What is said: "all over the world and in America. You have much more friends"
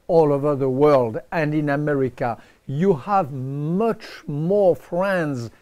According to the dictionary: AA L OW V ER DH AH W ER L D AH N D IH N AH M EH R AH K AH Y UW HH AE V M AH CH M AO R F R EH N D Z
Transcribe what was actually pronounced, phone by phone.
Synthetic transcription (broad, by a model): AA L OW V ER DH AH W ER L D AH N D IH N AH M EH R AH K AH Y UW HH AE V M AH CH M AO R F R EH N D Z